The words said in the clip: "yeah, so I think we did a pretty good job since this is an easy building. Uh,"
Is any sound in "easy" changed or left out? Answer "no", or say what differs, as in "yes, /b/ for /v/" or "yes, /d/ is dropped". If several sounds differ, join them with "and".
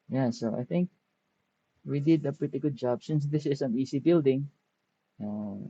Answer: yes, /s/ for /z/